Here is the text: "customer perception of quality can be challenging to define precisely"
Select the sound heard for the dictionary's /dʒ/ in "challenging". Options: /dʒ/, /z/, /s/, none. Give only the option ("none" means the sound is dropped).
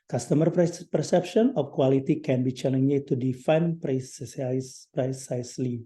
none